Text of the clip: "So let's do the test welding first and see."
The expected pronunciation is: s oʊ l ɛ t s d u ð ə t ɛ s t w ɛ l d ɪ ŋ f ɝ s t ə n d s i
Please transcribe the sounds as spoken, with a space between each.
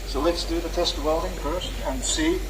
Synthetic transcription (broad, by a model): s oʊ l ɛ t s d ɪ ð ə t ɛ s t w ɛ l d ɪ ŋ p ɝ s ə n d s i